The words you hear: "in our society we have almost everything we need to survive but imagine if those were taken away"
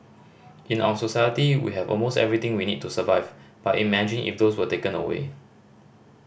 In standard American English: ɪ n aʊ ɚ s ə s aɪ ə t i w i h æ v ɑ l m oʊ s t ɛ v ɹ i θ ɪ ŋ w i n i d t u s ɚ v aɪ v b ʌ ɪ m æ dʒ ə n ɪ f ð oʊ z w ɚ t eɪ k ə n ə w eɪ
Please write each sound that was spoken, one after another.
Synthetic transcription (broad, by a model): ɪ n aʊ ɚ s ə s aɪ ə t i w i h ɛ v ɑ l m oʊ s t ɛ v ɹ i t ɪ ŋ w i n i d t u s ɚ v aɪ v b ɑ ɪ m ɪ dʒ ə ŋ ɪ f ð oʊ s w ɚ t eɪ k ə n ə w eɪ